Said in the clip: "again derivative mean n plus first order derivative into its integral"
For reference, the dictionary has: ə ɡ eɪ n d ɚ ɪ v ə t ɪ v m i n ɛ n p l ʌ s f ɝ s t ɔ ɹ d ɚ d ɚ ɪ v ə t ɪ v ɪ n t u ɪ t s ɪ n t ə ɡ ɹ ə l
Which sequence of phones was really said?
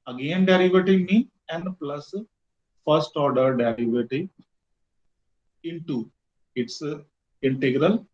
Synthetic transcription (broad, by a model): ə ɡ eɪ n d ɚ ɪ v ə t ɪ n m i ɛ n p l ʌ s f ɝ s t ɔ ɹ d ɚ d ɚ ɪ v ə t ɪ ɪ n t u ɪ t s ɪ n t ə ɡ ɹ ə l